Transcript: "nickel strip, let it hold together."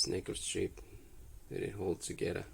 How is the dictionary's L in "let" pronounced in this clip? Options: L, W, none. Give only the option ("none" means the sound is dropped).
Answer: W